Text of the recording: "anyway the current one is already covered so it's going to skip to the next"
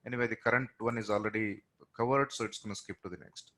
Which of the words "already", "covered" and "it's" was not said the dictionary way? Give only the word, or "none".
none